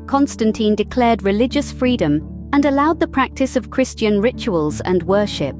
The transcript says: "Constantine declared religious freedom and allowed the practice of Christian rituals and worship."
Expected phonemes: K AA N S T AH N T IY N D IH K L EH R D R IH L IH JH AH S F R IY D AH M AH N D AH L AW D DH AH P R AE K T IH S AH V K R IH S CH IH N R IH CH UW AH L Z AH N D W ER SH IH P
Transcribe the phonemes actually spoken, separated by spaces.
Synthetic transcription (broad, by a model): K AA N S T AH N T IY N D IH K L EH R D R IH L IH JH AH S F R IY D AH M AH N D AH L AW D DH AH P R AE K T IH S AH V K R IH S CH IH N R IH CH UW AH L Z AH N W ER SH IH P